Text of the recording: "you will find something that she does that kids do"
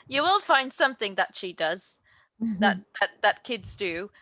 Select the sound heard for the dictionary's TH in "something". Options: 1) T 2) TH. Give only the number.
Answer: 2